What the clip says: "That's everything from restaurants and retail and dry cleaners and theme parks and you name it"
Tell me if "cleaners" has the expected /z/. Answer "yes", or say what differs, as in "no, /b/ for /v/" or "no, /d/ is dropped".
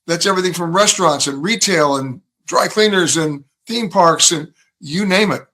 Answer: yes